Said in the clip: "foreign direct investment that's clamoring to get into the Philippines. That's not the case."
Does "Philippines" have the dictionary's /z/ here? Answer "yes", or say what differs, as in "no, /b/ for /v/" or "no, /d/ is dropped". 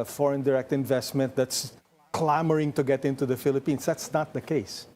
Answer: no, /s/ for /z/